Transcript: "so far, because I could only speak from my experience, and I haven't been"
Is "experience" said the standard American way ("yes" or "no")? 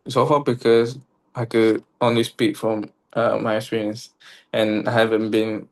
no